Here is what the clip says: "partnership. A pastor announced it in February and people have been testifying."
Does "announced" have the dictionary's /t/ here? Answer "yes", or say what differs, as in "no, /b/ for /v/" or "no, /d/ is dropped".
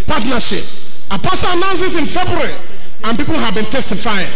no, /t/ is dropped